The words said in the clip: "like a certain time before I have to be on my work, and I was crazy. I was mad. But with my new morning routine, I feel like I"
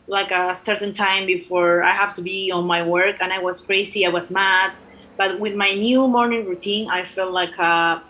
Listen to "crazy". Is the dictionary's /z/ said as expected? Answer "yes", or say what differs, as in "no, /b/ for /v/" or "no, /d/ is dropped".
no, /s/ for /z/